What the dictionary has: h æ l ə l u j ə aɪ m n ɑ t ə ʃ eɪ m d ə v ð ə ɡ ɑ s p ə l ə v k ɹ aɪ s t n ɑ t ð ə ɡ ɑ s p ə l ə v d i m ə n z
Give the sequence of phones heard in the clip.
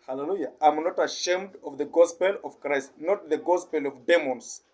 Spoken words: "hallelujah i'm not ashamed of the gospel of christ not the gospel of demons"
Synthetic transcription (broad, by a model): h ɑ l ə l u j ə aɪ m n ɑ t ə ʃ eɪ m d ə v ð ə ɡ ɑ s p ə l ə v k ɹ aɪ s t n ɑ t ð ə ɡ ɑ s p ə l ə v d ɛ m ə n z